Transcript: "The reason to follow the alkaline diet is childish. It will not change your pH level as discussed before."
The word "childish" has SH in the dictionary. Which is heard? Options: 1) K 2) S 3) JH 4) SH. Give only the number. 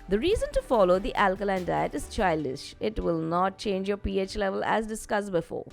4